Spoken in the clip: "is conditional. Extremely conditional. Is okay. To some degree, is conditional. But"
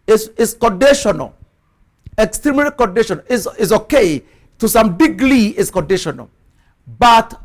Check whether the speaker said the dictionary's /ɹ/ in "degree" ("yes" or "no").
no